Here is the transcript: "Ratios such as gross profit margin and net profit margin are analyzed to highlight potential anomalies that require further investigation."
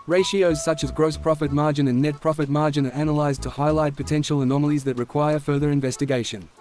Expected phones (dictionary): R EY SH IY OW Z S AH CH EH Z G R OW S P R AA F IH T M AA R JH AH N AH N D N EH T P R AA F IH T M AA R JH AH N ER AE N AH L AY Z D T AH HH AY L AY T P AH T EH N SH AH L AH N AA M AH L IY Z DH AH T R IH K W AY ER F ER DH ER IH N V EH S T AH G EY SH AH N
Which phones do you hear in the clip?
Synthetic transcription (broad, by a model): R EY SH IY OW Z S AH CH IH Z G R OW S P R AA F IH T M AA R JH AH N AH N N EH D P R AA F IH T M AA R JH AH N ER AE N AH L AY Z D T AH HH AY L AY T P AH T EH N SH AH L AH N AA M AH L IY Z DH AH T R IH K W AY ER F ER DH ER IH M V EH S T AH G EY SH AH N